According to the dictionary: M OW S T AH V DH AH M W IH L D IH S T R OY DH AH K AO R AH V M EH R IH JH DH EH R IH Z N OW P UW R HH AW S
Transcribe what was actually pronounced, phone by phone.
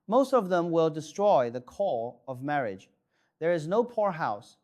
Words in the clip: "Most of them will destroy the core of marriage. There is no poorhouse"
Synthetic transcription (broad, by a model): M OW S T AH V DH AH M W IH L D IH S T R OY DH AH K AO L AH V M EH R IH JH DH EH R IH Z N OW P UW R HH AW S